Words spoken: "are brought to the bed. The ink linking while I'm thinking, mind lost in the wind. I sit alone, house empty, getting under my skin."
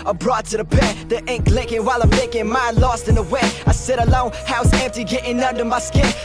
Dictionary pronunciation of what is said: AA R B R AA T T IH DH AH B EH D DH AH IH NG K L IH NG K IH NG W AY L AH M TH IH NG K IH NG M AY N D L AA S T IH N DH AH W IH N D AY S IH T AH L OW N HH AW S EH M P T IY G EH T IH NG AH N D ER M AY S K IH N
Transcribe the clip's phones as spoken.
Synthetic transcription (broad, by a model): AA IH B R AA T T IH DH AH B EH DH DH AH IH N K L IH NG K IH NG W AY L AH M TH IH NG K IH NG M AY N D L AA S T IH N DH AH W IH AY S IH T AH L OW N HH AW S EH M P T IY G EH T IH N AH N D ER M AY S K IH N